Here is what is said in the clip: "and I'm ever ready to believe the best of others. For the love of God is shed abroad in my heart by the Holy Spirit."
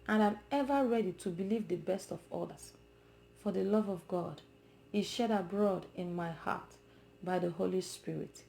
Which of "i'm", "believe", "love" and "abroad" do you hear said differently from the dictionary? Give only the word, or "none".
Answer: none